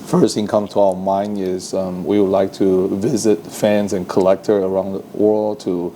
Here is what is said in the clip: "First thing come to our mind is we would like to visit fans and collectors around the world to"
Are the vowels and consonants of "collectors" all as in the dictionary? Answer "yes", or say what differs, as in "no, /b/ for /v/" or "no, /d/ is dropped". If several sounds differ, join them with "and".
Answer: no, /z/ is dropped